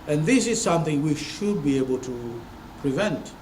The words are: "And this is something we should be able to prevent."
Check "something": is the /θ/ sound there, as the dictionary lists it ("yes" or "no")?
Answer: yes